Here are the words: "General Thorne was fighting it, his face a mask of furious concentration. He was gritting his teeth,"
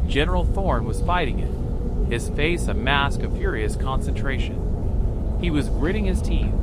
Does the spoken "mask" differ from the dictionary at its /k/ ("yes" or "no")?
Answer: no